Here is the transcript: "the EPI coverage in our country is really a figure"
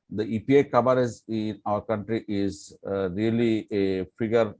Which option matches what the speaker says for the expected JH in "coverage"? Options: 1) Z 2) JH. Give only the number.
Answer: 1